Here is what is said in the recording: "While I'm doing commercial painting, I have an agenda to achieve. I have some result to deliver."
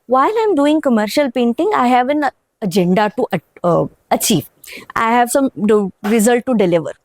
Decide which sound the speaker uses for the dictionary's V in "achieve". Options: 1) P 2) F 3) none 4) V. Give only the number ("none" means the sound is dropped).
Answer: 4